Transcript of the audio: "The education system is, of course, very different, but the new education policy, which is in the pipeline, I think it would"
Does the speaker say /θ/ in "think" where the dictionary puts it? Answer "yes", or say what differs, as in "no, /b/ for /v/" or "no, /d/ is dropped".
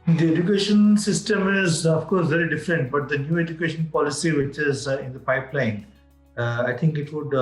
no, /t/ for /θ/